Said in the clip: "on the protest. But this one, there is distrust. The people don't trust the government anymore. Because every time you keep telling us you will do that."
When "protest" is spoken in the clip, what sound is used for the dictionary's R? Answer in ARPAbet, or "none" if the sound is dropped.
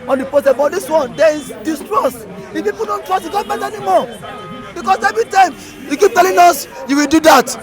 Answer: none